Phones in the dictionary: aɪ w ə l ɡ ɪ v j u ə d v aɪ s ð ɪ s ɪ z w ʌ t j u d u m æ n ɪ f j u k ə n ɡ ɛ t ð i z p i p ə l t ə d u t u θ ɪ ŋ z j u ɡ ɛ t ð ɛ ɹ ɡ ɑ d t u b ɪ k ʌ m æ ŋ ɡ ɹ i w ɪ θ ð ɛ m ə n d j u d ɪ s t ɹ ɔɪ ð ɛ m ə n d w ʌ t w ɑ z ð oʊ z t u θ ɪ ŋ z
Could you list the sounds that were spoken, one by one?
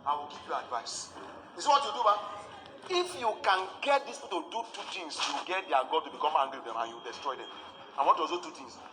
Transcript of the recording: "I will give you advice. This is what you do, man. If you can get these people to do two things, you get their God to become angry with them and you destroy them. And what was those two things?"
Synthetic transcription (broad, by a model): aɪ w ə l ɡ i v j u ə d v aɪ s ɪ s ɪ w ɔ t j u d u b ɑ ɪ f j u k ə n ɡ ɛ t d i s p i t ə d u t u t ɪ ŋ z j u ɡ ɛ t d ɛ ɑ ɡ ɑ d t u b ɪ k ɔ m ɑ ŋ ɡ ɹ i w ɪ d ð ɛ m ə n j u d ɪ s t ɹ ɔɪ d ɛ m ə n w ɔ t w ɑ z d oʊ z t u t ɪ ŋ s